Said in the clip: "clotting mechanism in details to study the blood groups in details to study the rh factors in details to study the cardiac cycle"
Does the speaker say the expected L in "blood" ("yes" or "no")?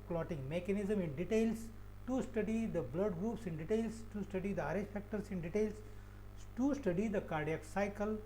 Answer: yes